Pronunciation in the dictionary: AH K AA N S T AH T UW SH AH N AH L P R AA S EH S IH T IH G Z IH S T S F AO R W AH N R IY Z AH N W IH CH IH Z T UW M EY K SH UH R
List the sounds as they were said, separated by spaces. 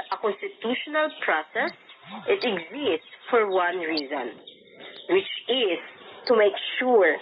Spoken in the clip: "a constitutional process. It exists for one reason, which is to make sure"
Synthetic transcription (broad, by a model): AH K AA N S T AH T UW SH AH N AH L P R AA S EH S IH T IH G Z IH S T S F AO R W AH N R IY Z AH N W IH CH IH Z T UW M EY K SH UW R